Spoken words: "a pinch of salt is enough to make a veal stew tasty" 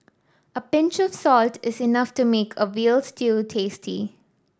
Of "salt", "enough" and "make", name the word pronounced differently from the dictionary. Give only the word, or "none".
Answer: none